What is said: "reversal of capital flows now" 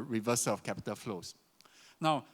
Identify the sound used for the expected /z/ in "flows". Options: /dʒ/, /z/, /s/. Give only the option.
/s/